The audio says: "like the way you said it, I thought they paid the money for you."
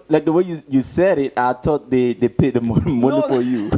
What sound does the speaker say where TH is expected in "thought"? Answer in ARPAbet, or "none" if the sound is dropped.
T